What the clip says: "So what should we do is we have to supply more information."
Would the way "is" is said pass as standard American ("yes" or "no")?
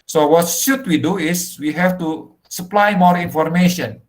no